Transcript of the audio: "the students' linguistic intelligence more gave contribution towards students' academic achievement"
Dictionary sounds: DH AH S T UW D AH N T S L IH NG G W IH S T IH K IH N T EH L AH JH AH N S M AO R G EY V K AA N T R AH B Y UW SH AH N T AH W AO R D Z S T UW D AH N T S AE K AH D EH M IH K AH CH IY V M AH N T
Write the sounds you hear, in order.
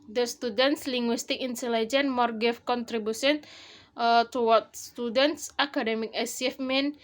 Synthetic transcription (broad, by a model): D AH S T UW D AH N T S L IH NG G W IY S T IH K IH N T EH L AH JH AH N M AO R G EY F K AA N T R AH B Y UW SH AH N T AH W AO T S T UW D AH N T S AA K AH D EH M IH K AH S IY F M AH N